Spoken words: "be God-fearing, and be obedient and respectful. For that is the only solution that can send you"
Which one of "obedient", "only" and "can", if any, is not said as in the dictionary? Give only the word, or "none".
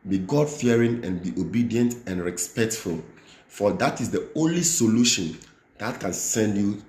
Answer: none